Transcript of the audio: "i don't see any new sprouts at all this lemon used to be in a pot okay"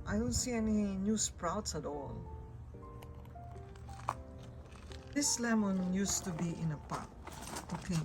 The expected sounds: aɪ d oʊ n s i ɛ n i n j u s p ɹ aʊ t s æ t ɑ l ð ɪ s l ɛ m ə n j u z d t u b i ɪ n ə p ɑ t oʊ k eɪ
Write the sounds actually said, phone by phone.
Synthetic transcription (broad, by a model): aɪ d oʊ n s i ɛ n i n j u s p ɹ aʊ t s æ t ɑ l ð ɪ s l ɛ m ə n j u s t u b i ɪ n ə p ɑ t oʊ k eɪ